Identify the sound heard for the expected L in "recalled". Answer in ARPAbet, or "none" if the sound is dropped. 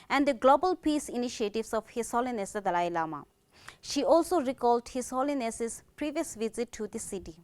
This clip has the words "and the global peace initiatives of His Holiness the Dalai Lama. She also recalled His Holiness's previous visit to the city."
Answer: L